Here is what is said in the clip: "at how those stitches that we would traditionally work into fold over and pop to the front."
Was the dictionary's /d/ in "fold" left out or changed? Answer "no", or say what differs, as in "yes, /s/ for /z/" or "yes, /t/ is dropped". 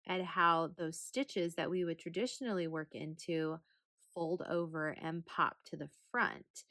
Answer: no